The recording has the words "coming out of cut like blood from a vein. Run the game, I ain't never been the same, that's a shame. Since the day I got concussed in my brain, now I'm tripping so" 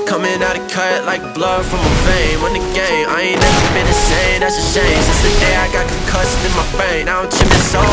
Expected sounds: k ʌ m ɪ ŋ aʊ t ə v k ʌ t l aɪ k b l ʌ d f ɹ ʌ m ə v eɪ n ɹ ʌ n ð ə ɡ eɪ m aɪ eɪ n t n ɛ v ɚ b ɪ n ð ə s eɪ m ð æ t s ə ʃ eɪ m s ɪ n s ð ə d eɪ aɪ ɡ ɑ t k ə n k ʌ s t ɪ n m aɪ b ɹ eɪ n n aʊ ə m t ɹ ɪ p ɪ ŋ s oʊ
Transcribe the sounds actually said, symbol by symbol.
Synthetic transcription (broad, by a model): k ʌ m ɪ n aʊ t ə k ʌ t l aɪ k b l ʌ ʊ f ɹ ʌ m ə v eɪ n w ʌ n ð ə ɡ eɪ m aɪ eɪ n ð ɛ ɚ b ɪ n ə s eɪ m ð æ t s ə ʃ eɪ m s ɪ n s ð ə d eɪ aɪ ɡ ɑ t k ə k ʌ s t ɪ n m aɪ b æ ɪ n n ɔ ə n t ɪ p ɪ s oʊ